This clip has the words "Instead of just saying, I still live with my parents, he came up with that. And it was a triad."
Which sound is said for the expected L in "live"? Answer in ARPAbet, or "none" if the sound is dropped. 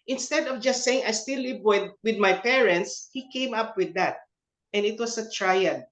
W